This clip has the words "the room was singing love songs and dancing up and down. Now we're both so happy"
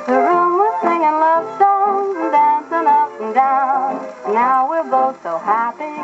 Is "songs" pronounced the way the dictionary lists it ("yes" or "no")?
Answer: no